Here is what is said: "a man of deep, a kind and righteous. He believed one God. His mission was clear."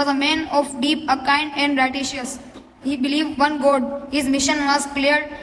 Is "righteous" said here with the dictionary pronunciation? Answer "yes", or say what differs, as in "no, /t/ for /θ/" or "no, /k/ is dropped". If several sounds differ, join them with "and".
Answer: no, /ʃ/ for /tʃ/